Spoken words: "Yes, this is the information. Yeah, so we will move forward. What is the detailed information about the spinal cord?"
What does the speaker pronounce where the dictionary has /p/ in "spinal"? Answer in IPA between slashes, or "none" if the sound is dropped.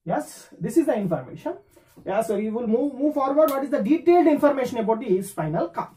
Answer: /f/